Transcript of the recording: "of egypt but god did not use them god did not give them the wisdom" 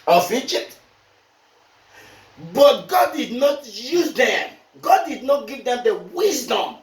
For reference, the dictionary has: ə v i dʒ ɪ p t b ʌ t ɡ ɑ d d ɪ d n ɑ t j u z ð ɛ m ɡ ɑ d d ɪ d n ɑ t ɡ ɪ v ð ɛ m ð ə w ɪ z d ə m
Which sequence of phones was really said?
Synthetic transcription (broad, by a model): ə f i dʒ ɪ t b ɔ t ɡ ɑ d d ɪ d n ɑ t j u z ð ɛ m ɡ ɑ d d ɪ d n ɑ t ɡ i v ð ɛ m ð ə w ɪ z d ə m